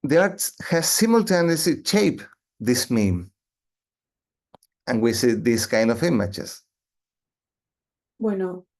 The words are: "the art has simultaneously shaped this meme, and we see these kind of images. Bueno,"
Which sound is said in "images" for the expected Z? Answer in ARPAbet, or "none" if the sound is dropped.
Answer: S